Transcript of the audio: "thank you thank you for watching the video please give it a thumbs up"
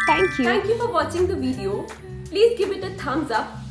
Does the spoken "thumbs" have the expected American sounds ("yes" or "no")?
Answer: no